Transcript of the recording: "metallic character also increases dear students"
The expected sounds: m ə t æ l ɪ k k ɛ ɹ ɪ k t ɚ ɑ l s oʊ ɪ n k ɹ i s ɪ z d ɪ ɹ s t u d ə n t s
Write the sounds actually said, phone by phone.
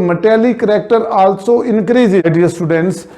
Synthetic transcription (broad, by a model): m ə t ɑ l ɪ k k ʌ ɹ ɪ k t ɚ ɑ l s oʊ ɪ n k ɹ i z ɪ d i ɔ s t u d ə n t s